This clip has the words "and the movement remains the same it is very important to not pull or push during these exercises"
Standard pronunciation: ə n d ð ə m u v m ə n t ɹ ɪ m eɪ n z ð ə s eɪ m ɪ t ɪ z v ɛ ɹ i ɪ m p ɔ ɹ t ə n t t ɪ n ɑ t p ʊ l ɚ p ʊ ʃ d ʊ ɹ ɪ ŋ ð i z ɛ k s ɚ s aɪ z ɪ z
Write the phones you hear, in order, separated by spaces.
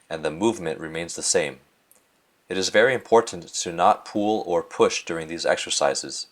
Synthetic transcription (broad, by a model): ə n ð ə m u v m ə n t ɹ ɪ m eɪ n z ð ə s eɪ m ɪ t ɪ z v ɛ ɹ i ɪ m p ɔ ɹ t n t t ɪ n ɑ t p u l ɚ p ʊ ʃ d ʊ ɹ ɪ ŋ ð i z ɛ k s ɚ s aɪ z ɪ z